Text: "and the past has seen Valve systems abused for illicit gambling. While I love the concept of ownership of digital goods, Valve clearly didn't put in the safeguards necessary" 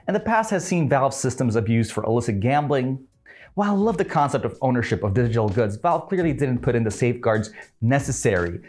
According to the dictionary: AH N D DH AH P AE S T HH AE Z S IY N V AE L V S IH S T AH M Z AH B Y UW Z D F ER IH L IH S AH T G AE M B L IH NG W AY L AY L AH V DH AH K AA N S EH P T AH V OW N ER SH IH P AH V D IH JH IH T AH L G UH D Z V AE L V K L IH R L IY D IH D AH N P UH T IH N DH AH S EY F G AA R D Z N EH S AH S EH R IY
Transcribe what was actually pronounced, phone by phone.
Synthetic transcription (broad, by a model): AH N DH AH P AE S T HH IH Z S IY N V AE L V S IH S T AH M Z AH B Y UW Z D F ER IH L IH S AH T G AE M B L IH NG W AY AY L AH V DH AH K AA N S EH P T AH V OW N ER SH IH P AH V D IH JH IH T L G UH D Z V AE L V K L IH R L IY D IH D N P UH T IH N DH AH S EY F G AA R D Z N EH S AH S EH R IY